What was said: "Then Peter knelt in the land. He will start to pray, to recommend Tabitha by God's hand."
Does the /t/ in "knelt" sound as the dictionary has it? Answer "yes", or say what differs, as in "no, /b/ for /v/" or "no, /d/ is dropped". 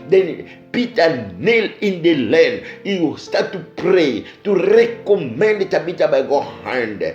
no, /t/ is dropped